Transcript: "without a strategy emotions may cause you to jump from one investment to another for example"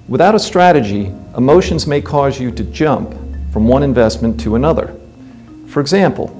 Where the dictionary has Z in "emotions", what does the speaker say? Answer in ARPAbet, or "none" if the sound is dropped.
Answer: Z